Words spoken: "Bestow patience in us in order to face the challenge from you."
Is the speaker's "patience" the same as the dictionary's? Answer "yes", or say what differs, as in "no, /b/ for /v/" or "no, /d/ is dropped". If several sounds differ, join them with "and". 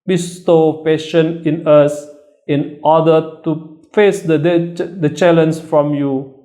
no, /s/ is dropped